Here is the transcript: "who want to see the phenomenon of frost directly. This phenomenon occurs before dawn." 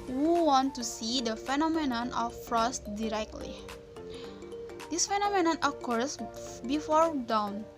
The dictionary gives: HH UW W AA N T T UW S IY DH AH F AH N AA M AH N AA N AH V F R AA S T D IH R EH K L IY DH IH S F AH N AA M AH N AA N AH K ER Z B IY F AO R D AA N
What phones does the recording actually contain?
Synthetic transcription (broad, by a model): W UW W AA N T T UW S IY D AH F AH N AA M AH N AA N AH F R AA S T D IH R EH K L IY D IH S F AH N AA M AH N AA N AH K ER S B IY F AO R D AA N